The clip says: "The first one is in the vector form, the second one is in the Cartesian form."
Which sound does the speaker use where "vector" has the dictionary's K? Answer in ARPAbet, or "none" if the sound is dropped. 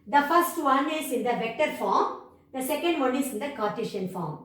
K